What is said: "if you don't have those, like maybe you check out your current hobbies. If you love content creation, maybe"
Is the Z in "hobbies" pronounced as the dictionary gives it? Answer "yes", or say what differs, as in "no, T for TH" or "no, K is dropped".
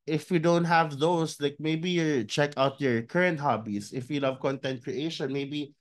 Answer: no, S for Z